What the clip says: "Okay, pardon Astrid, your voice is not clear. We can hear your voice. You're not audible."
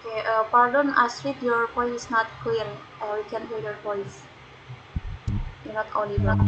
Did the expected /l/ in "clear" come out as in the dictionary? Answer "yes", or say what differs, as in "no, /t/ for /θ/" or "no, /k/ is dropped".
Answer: no, /l/ is dropped